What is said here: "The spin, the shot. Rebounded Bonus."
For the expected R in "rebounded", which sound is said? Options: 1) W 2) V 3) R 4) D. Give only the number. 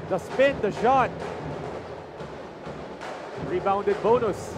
3